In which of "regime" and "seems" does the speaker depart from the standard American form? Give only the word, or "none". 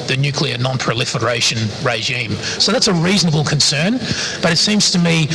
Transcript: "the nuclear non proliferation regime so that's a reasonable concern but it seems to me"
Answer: none